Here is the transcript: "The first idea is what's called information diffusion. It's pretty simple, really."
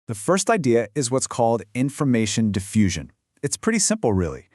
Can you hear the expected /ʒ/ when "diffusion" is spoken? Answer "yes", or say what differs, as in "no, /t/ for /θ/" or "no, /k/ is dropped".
yes